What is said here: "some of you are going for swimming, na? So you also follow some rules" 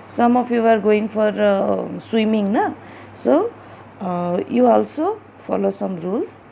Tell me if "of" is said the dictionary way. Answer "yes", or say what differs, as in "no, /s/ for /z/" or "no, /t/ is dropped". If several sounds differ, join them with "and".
no, /p/ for /v/